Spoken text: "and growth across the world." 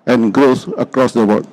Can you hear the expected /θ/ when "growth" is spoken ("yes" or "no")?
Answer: no